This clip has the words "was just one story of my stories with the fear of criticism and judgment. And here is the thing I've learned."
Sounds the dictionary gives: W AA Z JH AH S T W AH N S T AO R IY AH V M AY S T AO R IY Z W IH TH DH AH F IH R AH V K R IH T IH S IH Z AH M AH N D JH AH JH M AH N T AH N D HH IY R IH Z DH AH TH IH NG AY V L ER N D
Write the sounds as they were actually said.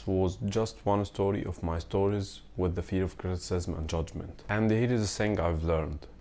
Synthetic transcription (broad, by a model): W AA Z JH AH S T W AH N S T AO R IY AH V M AY S T AO R IY Z W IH DH AH F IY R AH V K R IH T IH S IH Z AH M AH N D JH AH JH M AH N T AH N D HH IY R IH Z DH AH S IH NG AY V L ER N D